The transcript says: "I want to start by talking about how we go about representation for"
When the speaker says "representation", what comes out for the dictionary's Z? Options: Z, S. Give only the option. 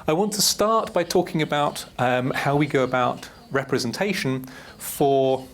Z